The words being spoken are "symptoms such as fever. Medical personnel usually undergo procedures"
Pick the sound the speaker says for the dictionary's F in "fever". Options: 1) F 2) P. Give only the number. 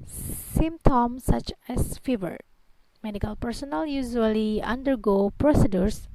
1